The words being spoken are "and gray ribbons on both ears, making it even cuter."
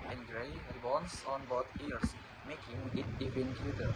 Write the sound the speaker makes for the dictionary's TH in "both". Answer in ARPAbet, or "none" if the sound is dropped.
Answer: T